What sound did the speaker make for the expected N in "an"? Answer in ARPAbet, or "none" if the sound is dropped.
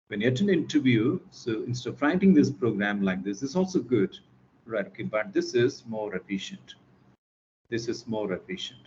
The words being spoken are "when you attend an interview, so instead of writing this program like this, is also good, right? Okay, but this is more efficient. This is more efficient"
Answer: N